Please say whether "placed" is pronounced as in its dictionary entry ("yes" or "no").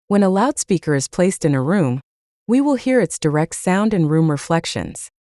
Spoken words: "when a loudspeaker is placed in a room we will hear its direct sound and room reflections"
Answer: yes